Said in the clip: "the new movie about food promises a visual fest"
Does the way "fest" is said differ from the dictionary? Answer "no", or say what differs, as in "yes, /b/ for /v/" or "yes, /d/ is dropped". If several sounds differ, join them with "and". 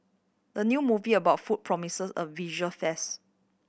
yes, /t/ is dropped